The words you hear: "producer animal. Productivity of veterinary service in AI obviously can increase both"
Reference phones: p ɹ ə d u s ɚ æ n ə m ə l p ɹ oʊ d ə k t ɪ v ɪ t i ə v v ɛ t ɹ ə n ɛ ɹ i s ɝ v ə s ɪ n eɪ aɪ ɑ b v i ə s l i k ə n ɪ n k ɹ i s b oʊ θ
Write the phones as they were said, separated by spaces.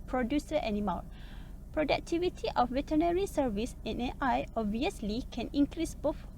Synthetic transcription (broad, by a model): p ɹ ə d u s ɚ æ n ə m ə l p ɹ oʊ d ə k t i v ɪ t i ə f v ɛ t ə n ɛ ɹ i s ɝ v ə s ɪ n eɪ aɪ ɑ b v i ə s l i k ə n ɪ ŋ k ɹ i s b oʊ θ